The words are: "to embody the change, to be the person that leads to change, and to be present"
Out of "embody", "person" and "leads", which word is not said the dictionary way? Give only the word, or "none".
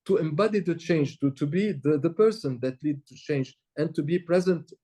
leads